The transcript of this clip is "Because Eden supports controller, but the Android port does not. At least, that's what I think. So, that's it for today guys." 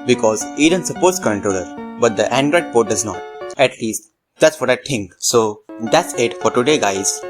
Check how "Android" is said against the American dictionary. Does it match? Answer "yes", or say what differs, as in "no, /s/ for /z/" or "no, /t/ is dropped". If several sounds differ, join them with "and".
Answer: yes